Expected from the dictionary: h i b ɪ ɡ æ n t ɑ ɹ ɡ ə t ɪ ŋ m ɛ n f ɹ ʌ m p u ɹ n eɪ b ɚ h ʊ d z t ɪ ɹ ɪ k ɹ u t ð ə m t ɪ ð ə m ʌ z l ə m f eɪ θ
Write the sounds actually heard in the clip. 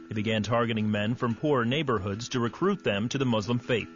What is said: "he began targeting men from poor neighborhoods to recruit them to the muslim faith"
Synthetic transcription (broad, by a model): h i b ɪ ɡ æ n t ɑ ɹ ɡ ə t ɪ ŋ m ɛ n f ɹ ʌ m p u ɹ n eɪ b ɚ h ʊ d z t ɪ ɹ ɪ k ɹ u t ð ə m t ɪ ð ə m ʌ z l ə m f eɪ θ